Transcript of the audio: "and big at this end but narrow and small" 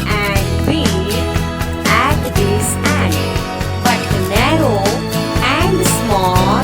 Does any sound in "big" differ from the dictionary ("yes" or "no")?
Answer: yes